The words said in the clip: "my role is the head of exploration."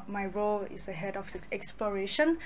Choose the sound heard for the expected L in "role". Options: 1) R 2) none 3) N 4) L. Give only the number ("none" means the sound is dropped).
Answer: 4